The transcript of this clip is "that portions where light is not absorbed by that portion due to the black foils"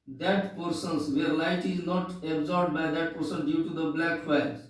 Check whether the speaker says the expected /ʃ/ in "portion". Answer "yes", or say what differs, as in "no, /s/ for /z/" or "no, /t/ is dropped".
no, /s/ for /ʃ/